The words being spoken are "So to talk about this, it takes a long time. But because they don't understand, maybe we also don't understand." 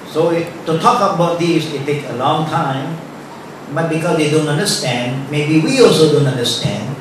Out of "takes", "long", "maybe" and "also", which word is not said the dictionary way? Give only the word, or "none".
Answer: takes